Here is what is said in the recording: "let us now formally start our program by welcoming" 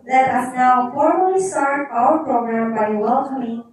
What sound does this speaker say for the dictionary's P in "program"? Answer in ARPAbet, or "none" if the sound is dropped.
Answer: P